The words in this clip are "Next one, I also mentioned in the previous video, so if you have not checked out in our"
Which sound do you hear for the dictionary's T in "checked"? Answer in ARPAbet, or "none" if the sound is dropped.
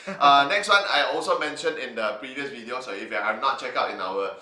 none